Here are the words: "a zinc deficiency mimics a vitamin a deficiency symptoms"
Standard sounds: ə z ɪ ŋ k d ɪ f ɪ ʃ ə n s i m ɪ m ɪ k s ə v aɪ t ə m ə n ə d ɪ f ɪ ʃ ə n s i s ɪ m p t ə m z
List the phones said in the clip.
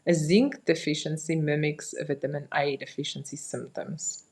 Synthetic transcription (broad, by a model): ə z ɪ ŋ k d ɪ f ɪ ʃ ə n s i m ɪ m ɪ k s ə v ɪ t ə m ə n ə d ɪ f ɪ ʃ ə n s i s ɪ m p t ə m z